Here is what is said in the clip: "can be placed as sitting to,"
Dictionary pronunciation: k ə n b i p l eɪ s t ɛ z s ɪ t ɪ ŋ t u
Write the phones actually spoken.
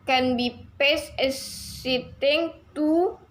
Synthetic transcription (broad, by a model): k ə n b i p eɪ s ɛ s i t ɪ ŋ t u